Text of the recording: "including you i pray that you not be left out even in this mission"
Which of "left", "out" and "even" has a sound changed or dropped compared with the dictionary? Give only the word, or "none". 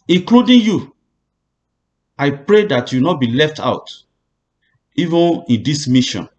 none